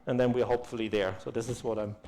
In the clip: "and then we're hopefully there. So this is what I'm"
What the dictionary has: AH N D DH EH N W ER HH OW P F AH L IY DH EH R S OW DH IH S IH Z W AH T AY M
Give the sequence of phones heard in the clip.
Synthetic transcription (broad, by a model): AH N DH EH N W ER HH OW P F AH L IY DH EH R S OW DH IH S IH Z W AH T AY M